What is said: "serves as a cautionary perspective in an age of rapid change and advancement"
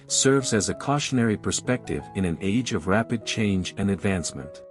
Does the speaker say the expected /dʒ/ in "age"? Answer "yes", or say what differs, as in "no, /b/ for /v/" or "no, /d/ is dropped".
yes